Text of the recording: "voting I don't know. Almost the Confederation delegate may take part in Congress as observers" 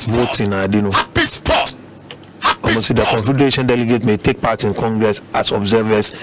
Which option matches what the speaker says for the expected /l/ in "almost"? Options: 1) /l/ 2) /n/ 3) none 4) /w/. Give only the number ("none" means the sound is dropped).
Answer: 3